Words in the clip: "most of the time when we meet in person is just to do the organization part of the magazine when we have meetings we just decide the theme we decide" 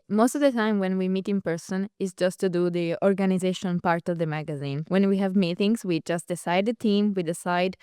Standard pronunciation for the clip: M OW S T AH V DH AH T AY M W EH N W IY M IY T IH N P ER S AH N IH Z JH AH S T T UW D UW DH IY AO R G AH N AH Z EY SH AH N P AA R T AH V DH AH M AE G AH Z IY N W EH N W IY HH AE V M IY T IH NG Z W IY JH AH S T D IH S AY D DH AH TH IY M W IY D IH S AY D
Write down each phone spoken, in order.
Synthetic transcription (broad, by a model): M OW S T AH V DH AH T AY M W EH N W IY M IY T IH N P ER S AH N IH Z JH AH S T T UW D UW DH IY AO R G AH N AH Z EY SH AH N P AA R T AH V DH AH M AE G AH Z IY N W EH N W IY HH AE V M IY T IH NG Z W IY JH AH S T D IH S AY D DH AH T IY M W IY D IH S AY D